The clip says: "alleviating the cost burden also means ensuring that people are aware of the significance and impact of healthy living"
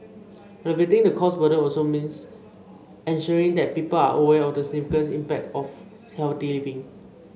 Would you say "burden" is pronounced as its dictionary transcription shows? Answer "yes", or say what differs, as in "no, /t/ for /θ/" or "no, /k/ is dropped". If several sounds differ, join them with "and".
no, /n/ is dropped